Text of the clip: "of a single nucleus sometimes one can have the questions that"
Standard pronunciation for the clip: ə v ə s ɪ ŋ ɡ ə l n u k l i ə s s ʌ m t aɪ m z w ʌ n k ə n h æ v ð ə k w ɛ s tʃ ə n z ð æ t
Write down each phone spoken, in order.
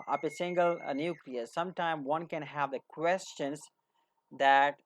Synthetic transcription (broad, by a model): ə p ə s ɪ ŋ ɡ ə l n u k l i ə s s ʌ m t aɪ m w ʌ n k ə n h æ v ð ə k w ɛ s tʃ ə n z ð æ t